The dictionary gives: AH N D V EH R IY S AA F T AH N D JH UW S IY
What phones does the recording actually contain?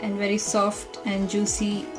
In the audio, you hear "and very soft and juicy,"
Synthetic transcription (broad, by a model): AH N D V EH R IY S AA F T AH N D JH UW S IY